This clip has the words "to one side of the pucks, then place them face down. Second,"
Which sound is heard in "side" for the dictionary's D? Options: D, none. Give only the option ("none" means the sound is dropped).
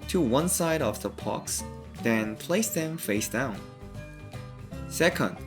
D